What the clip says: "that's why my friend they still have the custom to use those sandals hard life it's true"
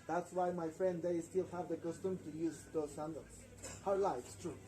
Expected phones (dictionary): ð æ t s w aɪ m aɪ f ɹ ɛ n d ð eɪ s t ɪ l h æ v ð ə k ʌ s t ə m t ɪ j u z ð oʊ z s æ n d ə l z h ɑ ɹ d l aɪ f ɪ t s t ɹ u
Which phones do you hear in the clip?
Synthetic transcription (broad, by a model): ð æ t s w aɪ m aɪ f ɹ ɛ n d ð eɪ s t ɪ l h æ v ð ə k ʌ s t ə m t ɪ j u z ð oʊ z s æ n d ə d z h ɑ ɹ l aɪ ɪ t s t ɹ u